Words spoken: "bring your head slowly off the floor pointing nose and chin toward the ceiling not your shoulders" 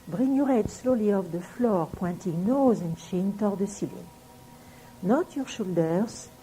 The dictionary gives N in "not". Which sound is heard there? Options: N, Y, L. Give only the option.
N